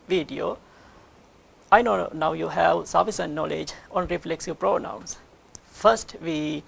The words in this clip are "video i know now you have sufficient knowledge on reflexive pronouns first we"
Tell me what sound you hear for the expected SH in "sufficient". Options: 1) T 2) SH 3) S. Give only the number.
3